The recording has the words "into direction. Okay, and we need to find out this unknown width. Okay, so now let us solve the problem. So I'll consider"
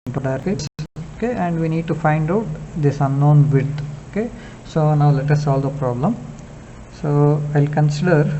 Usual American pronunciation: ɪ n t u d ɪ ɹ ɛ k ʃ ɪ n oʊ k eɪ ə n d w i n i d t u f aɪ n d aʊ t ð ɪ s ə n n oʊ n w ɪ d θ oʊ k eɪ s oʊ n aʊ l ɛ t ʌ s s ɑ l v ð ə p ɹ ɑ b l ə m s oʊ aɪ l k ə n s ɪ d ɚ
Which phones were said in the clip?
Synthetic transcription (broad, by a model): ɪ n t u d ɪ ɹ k ɪ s oʊ k eɪ ə n d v i n i d t u f aɪ n d aʊ t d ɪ s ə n n oʊ n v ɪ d oʊ k eɪ s oʊ n aʊ l ɛ t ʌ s s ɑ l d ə p ɹ ɑ b l ə m s oʊ aɪ l k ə n s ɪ d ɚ